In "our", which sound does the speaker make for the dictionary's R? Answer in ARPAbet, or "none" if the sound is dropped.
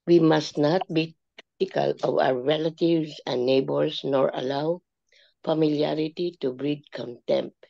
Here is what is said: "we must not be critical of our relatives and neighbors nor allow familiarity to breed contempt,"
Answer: W